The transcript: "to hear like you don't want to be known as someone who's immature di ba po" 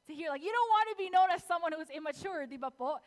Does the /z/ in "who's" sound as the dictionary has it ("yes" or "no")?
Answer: yes